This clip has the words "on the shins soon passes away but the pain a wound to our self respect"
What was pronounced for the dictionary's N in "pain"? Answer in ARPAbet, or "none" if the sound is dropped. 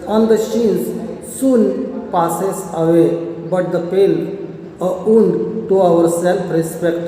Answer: L